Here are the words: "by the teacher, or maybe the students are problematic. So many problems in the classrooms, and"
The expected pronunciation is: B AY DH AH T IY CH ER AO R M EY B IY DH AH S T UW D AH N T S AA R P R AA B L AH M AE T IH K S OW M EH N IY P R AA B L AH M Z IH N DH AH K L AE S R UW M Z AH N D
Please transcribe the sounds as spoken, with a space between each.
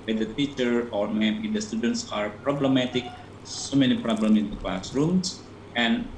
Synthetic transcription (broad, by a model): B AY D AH T IY CH ER AO R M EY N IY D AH S T UW D AH N T S AA R P R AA B L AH M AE T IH K S OW M EH N IY P R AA B L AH M IH N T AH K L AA S R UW M S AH N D